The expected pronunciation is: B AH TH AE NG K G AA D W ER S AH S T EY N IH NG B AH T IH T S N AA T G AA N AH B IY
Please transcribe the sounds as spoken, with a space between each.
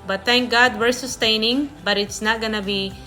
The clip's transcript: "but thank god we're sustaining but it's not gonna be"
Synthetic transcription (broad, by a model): B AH T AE NG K G AA D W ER S AH S T EY N IH NG B AH T IH T S N AA T G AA N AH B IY